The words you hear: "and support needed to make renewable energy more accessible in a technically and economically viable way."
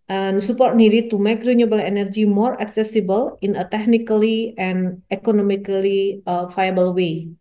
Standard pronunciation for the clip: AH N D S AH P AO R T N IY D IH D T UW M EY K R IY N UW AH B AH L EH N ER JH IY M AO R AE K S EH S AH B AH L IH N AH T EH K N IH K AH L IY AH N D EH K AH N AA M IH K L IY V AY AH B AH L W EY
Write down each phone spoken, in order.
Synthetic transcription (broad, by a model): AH N S AH P AO R T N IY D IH T UW M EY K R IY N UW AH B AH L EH N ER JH IY M AO R AE K S EH S AH B AH L IH N AH T EH K N IH K AH L IY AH N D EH K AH N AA M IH K L IY F AY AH B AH L W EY